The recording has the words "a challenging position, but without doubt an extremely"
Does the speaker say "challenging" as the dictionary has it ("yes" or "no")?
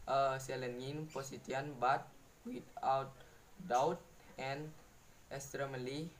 no